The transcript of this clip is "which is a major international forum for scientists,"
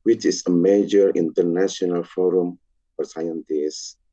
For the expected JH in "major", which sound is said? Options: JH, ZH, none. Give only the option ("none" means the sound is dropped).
JH